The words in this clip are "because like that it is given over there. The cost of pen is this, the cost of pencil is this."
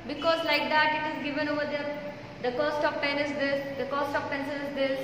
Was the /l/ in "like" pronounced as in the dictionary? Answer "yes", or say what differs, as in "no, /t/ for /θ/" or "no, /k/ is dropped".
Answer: yes